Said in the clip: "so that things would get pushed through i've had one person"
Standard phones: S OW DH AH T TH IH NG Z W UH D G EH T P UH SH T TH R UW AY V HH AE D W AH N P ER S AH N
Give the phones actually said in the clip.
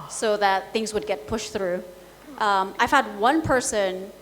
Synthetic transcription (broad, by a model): S OW DH AH T TH IH NG Z W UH D G EH T P UH SH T TH R UW AY V HH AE D W AH N P ER S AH N